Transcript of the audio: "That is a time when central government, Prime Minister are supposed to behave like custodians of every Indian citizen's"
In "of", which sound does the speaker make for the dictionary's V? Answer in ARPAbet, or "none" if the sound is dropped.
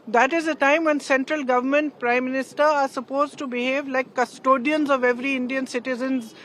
V